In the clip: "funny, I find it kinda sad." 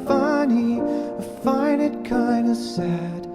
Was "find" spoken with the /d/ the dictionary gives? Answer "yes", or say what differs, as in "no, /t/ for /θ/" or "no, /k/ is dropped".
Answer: no, /d/ is dropped